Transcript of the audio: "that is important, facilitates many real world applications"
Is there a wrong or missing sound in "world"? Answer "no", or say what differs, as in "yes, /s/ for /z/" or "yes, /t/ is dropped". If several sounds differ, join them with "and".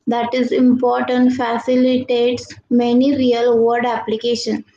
yes, /l/ is dropped